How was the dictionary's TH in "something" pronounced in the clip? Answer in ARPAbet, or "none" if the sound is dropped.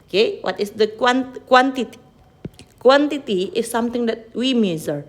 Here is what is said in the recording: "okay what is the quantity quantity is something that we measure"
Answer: T